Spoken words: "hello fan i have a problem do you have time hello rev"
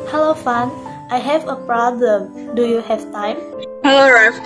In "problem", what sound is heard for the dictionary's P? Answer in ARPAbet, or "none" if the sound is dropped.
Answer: P